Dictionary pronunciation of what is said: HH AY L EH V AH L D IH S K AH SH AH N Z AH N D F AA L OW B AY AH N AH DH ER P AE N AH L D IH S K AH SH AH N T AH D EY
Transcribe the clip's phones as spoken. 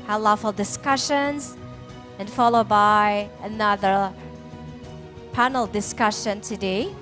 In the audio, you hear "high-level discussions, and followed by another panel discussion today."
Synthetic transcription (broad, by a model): HH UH L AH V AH L D IH S K AH SH AH N Z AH N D F AA L OW B AY AH N AH DH ER P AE N L D IH S K AH SH AH N T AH D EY